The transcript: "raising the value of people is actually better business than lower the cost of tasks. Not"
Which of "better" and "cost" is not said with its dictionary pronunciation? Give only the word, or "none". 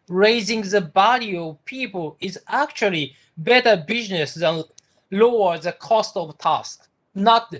none